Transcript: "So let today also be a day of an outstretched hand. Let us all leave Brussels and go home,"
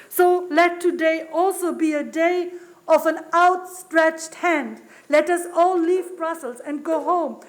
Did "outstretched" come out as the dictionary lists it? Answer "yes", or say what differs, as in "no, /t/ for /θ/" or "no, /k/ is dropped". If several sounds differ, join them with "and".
yes